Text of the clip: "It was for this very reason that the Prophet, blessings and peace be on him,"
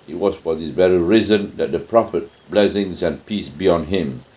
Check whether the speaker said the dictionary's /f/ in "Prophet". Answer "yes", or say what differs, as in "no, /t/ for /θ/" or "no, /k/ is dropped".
yes